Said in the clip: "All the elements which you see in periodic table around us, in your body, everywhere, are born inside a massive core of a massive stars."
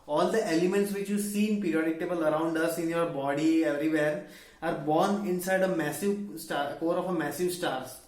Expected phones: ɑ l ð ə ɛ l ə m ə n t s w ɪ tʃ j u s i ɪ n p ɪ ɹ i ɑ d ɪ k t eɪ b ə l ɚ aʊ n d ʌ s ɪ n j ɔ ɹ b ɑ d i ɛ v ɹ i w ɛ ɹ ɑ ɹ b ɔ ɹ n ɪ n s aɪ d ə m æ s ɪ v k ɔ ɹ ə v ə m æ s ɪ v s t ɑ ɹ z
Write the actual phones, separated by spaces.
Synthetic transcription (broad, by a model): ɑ l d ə ɛ l ə m ə n t s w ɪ tʃ j u s i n p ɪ ɹ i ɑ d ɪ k t eɪ b ə l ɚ aʊ n d ʌ s ɪ n j ɔ ɹ b ɑ d i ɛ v ɹ i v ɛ ɹ ɑ ɹ b ɔ ɹ n ɪ n s aɪ d ə m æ s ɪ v k ɔ ɹ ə f ə m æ s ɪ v s t ɑ ɹ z